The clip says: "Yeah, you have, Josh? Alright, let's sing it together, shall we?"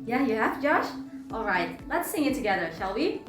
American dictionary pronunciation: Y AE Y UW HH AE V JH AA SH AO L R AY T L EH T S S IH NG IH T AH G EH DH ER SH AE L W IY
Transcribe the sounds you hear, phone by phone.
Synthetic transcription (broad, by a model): Y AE Y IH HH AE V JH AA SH AO L R AY T L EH T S S IH NG IH T AH G EH DH ER SH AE L W IY